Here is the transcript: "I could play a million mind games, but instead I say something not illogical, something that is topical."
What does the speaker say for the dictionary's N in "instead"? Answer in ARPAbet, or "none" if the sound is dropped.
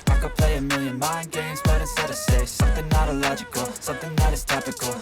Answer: none